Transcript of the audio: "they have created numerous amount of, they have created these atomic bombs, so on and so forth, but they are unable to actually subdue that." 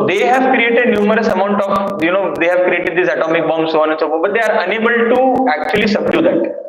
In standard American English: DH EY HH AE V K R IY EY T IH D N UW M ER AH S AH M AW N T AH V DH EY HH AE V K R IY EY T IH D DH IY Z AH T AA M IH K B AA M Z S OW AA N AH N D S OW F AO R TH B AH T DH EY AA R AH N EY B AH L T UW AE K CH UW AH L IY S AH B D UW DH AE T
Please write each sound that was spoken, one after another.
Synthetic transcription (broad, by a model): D EY HH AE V K R IY EY T IH D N UW M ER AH S AH M AW N T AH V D EY HH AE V K R IY EY T IH D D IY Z AH T AA M IH K B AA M S OW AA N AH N S OW P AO B AH T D EY AA R AH N EY B AH L T UW AE K CH UW AH L IY S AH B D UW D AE T